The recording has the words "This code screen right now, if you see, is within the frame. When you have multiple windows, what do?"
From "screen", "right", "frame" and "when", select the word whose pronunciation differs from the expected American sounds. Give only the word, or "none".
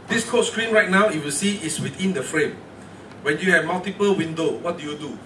none